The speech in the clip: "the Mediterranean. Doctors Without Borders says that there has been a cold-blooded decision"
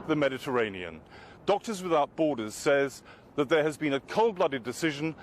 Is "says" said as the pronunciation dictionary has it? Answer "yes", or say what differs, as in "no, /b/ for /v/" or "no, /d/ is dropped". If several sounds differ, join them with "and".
yes